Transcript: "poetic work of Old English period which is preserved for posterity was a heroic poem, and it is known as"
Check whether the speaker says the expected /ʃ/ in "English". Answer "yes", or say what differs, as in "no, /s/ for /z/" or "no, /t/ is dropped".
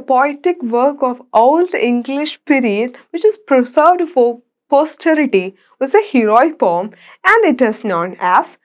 yes